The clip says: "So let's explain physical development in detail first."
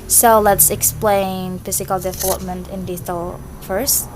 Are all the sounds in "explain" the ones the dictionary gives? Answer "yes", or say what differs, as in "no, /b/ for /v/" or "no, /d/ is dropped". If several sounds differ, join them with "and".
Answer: yes